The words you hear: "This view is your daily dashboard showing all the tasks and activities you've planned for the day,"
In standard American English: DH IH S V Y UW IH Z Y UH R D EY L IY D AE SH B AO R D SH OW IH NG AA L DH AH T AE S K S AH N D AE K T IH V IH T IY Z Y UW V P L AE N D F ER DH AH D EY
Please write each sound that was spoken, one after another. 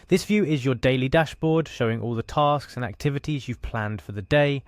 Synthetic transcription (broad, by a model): DH IH S V Y UW IH Z Y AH D EY L IY D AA SH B AO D SH OW IH NG AA L DH AH T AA S K S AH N AE K T IH V IH T IY Z Y UW V P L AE N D F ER DH AH D EY